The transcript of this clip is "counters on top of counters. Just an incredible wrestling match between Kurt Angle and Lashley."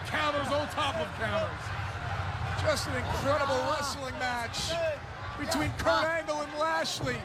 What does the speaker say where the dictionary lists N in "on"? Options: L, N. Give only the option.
L